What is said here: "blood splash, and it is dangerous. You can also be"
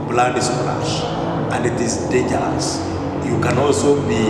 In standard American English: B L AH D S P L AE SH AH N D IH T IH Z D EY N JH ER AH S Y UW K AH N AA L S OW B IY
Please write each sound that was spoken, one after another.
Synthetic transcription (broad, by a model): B L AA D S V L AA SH AH N D IH T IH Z D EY JH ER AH S Y UW K AH N AA L S OW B IY